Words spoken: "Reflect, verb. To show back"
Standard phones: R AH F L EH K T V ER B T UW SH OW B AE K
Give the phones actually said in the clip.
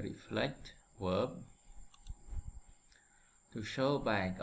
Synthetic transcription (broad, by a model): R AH F L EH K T W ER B T UW SH OW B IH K